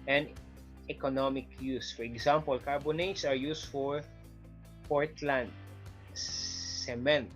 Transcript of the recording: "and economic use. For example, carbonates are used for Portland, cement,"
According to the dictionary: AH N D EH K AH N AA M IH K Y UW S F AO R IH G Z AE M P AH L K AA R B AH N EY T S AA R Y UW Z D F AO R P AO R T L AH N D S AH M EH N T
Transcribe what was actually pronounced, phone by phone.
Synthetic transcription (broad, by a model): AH N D EH K AH N AA M IH K Y UW S F AO R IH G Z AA M P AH L K AA R B AH N EY T S AA R Y UW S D F AO R P AO R T L AH N D S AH M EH N T